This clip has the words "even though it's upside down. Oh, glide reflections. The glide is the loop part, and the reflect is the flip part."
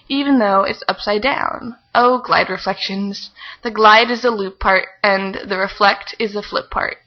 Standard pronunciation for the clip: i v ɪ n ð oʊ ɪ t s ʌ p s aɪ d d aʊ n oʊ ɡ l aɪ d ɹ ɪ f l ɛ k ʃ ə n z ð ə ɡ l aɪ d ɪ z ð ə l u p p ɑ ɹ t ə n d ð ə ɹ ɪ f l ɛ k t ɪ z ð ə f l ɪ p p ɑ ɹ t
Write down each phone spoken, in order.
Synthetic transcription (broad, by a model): i v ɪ n ð oʊ ɪ t s ʌ p s aɪ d d aʊ n oʊ ɡ l aɪ d ɹ ɪ f l ɛ k ʃ ə n z ð ə ɡ l aɪ d ɪ z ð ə l u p p ɑ ɹ t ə n ð ə ɹ ɪ f l ɛ k t ɪ z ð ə f l ɪ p p ɑ ɹ t